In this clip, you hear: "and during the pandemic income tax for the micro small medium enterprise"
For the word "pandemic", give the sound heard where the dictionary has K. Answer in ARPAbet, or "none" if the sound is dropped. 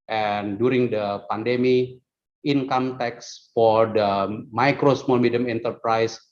none